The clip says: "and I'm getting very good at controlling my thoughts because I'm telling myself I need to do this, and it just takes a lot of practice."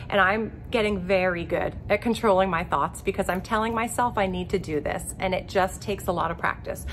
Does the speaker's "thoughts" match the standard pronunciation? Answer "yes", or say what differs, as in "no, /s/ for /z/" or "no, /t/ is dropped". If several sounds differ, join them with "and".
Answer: yes